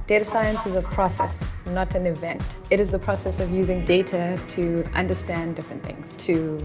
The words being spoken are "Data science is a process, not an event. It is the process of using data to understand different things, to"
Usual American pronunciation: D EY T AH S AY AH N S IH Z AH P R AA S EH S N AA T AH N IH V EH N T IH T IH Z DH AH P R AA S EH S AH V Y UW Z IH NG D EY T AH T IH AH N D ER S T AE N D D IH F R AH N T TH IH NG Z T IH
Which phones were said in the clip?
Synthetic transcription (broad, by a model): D EY T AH S AY AH N S IH Z AH P R AA S EH S N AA T AH N IH V EH N T IH T IH Z DH AH P R AA S EH S AH V Y UW Z IH NG D EY T AH T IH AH N D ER S T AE N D D IH F R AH N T TH IH NG Z T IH